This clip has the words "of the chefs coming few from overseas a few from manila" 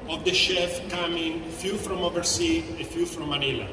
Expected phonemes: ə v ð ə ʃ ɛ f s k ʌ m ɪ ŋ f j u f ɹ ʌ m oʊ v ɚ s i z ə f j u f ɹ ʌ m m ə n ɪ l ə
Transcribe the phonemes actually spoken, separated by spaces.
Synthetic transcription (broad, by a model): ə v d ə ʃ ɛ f k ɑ m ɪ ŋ f j u f ɹ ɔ m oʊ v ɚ s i ə f j u f ɹ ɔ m m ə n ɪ l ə